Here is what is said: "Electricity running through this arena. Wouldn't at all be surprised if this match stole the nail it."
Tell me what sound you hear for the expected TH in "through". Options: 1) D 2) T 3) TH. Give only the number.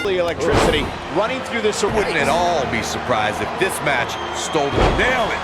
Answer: 3